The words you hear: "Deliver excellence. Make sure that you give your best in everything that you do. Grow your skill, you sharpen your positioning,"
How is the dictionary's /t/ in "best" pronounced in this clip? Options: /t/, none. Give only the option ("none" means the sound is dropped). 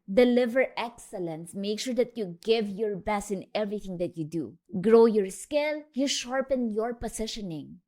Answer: none